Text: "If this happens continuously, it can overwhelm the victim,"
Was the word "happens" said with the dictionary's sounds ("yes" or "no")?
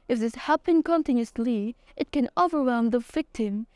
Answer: no